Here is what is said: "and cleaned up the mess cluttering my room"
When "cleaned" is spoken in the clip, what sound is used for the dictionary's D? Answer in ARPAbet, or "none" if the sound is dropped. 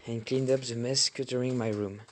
D